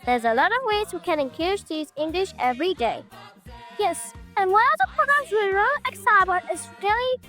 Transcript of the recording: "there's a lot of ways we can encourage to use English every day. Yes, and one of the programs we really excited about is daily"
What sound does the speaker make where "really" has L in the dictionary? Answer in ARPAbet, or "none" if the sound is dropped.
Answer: none